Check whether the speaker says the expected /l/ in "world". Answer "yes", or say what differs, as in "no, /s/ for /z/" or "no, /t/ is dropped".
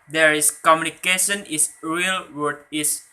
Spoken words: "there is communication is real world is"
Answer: no, /l/ is dropped